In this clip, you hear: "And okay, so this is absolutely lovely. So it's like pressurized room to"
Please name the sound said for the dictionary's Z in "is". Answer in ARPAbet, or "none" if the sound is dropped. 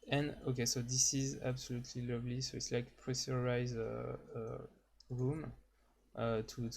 Z